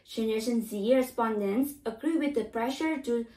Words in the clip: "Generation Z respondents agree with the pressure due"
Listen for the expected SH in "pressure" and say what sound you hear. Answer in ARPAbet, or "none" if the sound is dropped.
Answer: SH